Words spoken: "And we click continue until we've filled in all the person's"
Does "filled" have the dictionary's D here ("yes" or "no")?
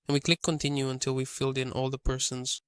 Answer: yes